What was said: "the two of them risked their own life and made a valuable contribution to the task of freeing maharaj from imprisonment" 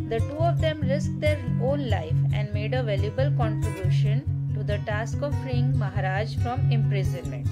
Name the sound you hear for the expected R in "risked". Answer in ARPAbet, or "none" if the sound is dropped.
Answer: L